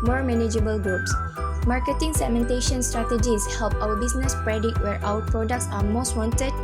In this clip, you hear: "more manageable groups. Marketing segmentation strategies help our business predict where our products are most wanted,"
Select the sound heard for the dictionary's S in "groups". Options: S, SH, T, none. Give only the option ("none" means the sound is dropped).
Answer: S